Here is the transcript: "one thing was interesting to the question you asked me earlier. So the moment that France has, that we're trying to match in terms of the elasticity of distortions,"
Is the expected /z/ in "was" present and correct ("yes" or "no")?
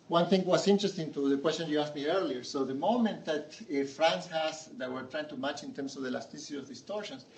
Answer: no